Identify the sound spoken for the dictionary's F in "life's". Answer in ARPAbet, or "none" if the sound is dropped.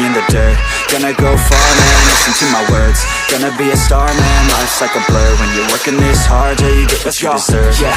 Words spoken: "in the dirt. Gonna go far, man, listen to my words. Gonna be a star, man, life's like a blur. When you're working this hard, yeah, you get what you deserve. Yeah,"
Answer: none